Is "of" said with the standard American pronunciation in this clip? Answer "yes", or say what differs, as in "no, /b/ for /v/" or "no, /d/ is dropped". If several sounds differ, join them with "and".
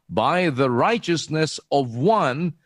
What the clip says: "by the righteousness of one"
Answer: yes